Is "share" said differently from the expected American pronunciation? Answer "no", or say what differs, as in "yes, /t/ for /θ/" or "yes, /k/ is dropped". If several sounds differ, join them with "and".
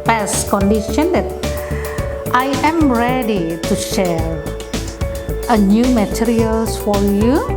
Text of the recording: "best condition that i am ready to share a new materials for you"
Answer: no